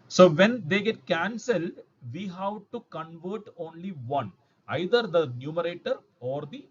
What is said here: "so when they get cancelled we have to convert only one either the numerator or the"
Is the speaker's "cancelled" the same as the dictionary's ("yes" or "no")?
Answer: yes